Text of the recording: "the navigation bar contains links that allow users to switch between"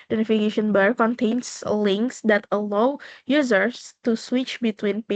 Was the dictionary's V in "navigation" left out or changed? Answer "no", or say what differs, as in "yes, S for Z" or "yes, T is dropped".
yes, F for V